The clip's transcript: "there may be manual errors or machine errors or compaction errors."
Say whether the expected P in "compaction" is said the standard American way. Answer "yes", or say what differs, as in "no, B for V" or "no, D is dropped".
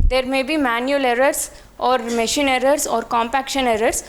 yes